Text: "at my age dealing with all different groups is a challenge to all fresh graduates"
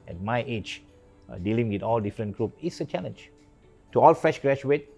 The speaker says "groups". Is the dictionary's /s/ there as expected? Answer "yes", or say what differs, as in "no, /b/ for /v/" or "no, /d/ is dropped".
no, /s/ is dropped